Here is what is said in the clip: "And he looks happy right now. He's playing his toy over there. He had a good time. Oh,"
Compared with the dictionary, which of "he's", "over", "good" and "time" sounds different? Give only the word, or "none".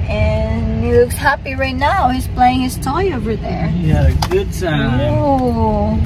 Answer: time